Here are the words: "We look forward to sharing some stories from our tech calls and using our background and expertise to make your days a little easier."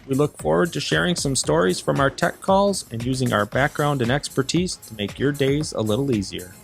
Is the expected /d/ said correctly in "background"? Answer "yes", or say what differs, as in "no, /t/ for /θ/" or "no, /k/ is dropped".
yes